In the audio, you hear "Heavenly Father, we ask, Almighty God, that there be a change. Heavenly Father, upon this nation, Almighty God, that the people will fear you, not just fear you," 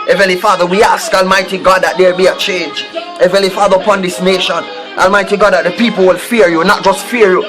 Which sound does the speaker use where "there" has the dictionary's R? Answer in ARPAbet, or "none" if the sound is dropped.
L